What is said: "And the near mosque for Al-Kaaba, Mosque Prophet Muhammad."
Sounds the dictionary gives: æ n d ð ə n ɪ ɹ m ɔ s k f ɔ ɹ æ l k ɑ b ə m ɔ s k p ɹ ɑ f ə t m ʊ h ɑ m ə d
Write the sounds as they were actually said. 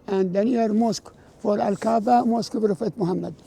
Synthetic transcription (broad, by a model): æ n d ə n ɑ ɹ m ɔ s k f ɔ ɹ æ l k ɑ b ə m ɔ s k b ɹ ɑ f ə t m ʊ h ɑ m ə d